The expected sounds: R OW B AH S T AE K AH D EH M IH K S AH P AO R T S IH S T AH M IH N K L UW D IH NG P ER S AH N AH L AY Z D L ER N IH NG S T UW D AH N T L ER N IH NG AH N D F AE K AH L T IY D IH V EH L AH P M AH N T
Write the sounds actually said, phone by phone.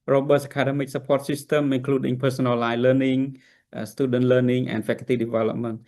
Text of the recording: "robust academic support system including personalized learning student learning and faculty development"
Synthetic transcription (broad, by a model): R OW B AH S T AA K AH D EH M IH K S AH P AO T S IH S T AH M IH N K L UW D IH NG P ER S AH N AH L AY L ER N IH NG S T UW D AH N T L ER N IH NG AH N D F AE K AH T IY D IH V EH L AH P M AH N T